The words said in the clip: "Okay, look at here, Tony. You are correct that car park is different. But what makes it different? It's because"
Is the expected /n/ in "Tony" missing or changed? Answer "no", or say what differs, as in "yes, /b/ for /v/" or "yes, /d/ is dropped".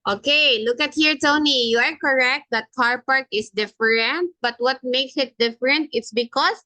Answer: no